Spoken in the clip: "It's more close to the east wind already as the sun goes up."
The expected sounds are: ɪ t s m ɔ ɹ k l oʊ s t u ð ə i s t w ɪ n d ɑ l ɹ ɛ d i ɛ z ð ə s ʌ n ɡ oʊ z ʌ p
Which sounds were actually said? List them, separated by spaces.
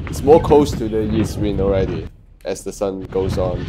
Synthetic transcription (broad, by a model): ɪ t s m ɔ k oʊ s t u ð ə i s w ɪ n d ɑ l ɹ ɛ d i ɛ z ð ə s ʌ n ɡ oʊ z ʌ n